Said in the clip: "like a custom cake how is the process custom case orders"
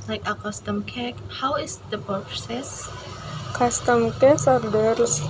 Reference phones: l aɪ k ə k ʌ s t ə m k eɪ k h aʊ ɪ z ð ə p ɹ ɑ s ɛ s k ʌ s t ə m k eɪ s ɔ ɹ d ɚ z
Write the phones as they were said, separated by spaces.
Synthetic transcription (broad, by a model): l aɪ k ə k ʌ s t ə m k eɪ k h aʊ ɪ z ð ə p ɑ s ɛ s k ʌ s t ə m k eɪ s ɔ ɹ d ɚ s